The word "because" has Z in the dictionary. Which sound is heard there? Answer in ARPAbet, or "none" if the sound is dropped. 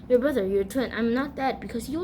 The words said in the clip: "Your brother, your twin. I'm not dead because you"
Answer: S